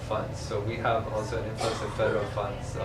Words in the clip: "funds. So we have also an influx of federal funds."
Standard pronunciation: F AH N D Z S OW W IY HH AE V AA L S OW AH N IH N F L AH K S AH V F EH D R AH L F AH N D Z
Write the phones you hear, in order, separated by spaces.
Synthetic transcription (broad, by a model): F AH N D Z S OW W IY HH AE V AA L S OW AH N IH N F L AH S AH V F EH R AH F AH N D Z